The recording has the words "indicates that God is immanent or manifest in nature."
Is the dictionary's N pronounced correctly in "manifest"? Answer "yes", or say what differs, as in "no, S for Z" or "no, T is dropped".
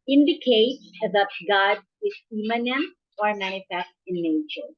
no, N is dropped